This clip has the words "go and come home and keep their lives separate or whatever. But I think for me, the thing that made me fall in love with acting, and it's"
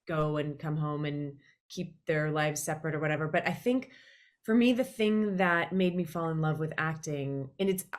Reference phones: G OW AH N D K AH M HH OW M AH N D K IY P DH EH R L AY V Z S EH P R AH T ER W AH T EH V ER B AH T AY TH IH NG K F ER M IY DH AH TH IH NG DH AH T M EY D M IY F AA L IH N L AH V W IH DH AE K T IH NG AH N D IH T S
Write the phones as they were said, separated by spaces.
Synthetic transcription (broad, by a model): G OW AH N K AH M HH OW M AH N K IY P DH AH R L AY V Z S EH P R AH T ER W AH T EH V ER B AH T AY TH IH NG K F ER M IY DH AH TH IH NG DH AH T M EY D M IY F AA L IH N L AH V W IH DH AE K T IH NG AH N IH T S